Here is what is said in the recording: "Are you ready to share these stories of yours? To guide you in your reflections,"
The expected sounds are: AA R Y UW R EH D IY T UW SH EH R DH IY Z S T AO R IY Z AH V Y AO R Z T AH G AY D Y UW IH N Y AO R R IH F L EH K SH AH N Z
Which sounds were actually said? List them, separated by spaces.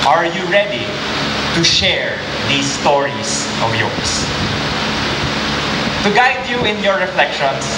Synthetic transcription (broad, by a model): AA R Y UW R EH D IY T UW SH EH R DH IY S T AO R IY S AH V Y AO R S T AH G AY D Y UW IH N Y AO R R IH F L EH K SH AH N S